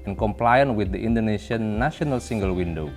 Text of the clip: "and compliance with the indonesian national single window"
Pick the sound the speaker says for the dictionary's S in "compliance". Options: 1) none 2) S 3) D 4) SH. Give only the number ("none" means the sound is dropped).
1